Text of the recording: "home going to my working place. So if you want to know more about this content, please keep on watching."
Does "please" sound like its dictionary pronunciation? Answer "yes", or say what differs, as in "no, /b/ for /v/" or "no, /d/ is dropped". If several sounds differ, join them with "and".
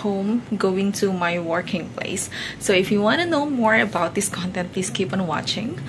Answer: no, /s/ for /z/